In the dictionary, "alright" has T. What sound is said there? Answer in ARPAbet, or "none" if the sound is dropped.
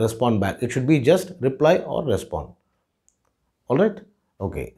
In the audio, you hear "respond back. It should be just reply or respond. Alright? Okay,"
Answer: T